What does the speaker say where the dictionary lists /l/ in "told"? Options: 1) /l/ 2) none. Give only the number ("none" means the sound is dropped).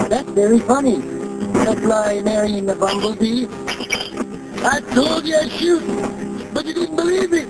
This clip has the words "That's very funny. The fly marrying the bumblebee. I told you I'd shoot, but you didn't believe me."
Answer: 2